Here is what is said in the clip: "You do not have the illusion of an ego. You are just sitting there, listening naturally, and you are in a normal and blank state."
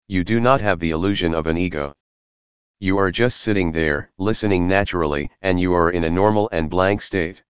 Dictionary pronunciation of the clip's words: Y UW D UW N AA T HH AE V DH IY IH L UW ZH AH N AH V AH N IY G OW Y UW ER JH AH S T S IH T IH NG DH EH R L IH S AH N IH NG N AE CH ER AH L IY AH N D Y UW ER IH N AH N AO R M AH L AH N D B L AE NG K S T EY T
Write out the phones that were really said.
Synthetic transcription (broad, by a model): Y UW D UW N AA T HH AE V DH IY IH L UW ZH AH N AH V AH N IY G OW Y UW ER JH AH S T S IH T IH NG DH EH R L IH S AH N IH NG N AE CH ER L IY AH N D Y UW ER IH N AH N AO R M L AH N B L AE NG K S T EY T